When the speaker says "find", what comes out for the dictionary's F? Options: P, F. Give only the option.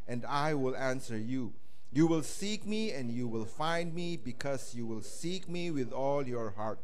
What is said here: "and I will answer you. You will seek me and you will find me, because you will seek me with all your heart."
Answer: F